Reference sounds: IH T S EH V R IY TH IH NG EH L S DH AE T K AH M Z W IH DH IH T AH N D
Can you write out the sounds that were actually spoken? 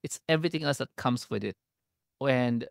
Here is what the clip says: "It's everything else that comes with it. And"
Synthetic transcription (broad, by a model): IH T S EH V R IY T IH NG EH L S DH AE T K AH M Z W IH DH IH T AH N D